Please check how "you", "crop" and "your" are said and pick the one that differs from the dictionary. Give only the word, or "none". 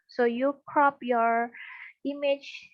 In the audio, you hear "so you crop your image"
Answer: none